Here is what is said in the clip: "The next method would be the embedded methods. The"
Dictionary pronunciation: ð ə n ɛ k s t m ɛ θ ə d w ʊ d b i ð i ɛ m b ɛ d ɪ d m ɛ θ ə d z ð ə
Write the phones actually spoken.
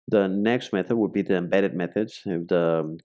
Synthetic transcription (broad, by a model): ð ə n ɛ k s t m ɛ θ ə d w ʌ d b i ð i ɛ m b ɛ d ɪ d m ɛ θ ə d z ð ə